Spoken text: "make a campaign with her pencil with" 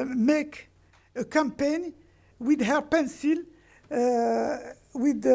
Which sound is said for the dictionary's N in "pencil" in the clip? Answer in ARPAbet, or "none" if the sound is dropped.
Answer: N